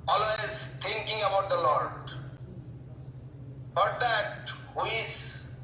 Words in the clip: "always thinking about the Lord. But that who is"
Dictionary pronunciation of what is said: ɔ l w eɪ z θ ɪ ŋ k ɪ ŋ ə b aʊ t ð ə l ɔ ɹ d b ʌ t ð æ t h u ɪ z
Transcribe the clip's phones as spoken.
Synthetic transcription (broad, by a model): ɔ l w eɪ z t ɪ ŋ k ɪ ŋ ə b aʊ t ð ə l ɔ ɹ d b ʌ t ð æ t h u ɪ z